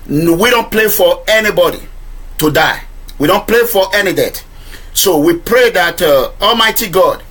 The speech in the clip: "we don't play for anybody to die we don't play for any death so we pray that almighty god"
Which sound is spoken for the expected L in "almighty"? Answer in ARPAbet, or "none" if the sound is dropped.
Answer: L